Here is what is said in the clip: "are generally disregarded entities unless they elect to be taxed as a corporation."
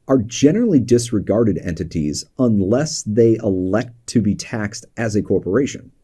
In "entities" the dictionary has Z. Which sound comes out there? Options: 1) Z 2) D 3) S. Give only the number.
1